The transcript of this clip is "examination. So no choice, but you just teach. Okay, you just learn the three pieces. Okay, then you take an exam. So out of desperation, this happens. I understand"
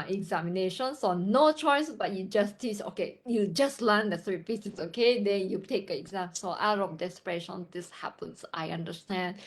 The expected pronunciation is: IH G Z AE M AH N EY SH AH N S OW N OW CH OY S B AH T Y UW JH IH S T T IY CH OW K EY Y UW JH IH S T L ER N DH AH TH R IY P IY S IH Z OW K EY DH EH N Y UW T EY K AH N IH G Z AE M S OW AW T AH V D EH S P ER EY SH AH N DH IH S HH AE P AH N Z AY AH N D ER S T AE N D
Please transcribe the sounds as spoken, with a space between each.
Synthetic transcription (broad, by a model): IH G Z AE M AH N EY SH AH N S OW N OW CH OY S B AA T Y UW JH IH S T T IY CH OW K EY Y UW JH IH S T L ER N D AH S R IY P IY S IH S OW K EY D EH N Y UW T EY K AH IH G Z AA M S OW AW T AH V D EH S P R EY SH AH N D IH S HH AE P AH N S AY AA N D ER S T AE N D